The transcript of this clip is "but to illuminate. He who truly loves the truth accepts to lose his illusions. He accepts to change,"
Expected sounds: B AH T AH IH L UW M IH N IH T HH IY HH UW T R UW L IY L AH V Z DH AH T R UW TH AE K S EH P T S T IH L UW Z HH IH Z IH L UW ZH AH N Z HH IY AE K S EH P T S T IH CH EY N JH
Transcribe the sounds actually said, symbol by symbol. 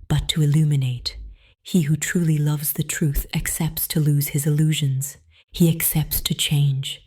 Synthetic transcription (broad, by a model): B AH T AH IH L UW M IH N IH T HH IY HH UW T R UW L IY L AH V Z DH AH T R UW TH AE K S EH P T S T IH L UW Z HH IH Z IH L UW ZH AH N Z HH IY AE K S EH P T S T IH CH EY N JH